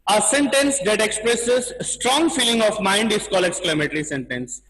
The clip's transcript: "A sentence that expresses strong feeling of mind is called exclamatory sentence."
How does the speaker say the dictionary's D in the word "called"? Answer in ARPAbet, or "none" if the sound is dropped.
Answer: none